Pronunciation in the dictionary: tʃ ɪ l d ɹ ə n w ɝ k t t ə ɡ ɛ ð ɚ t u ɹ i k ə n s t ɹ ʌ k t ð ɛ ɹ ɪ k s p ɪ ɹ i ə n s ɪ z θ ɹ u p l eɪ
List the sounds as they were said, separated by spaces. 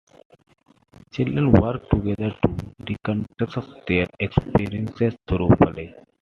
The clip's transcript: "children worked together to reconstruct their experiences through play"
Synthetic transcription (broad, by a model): tʃ ɪ l d ɹ ə n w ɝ k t t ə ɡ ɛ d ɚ t u ɹ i k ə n t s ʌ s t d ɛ ɹ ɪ k s p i ɹ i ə n s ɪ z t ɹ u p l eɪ